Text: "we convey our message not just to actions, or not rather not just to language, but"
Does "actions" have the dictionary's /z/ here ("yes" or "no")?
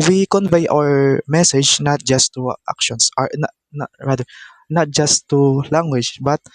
no